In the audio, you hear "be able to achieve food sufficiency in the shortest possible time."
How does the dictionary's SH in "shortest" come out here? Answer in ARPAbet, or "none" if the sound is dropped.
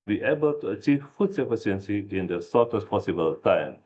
S